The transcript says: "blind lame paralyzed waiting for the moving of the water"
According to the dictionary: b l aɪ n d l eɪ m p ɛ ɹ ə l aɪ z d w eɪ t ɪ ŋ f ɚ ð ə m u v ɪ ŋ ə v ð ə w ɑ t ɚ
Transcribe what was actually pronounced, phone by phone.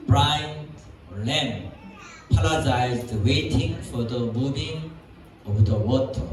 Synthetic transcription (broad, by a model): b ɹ aɪ n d l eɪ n p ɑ l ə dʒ aɪ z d w eɪ t ɪ ŋ f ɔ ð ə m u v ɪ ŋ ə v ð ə w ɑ t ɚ